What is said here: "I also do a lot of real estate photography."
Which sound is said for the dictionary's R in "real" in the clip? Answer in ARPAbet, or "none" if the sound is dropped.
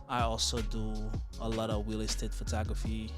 W